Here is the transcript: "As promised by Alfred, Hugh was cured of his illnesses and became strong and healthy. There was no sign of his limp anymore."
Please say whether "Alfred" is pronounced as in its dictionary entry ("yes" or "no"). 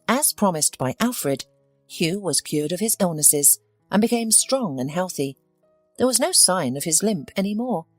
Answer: yes